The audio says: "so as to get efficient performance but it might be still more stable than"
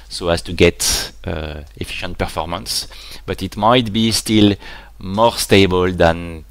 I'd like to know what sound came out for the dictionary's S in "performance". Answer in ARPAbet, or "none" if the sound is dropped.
S